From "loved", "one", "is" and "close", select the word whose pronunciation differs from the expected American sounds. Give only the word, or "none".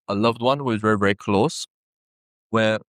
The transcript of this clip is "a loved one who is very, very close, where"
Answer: none